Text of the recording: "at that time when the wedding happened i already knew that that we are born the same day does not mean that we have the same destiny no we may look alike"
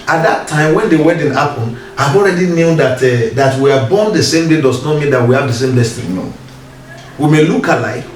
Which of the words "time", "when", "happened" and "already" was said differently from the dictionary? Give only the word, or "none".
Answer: happened